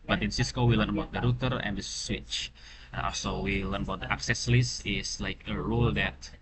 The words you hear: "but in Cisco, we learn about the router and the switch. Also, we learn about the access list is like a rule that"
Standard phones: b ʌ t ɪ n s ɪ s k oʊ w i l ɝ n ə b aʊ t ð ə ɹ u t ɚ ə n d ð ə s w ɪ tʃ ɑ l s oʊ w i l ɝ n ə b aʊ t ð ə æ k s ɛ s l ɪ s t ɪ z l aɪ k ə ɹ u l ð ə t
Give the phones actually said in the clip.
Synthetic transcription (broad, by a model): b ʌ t ɪ n s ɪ s k oʊ w i l ɝ n ə b aʊ t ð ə ɹ u t ɚ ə n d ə s w ɪ tʃ ɑ l s oʊ w i l ɝ n ə b aʊ t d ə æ k s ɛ s l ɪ s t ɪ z l aɪ k ə ɹ u l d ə t